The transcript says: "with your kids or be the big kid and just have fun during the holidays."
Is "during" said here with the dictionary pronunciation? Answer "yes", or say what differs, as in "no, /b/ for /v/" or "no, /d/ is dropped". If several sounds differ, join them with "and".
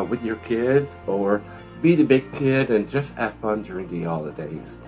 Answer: yes